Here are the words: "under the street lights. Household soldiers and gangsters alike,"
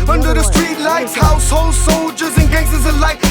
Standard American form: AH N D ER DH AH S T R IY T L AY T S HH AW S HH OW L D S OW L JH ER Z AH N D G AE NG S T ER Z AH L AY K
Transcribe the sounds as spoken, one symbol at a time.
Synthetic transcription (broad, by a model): AH N D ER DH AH S T R IY T L AY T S HH AW S HH OW L S OW L JH ER Z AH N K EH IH S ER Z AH L AY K